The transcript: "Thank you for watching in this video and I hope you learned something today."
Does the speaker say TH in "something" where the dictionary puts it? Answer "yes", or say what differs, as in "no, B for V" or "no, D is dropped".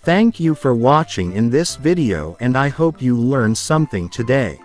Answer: yes